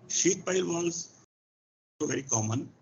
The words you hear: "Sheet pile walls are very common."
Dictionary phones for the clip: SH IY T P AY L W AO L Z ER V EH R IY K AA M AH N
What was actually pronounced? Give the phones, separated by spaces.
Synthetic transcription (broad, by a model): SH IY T P AY L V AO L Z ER V EH R IY K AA M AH N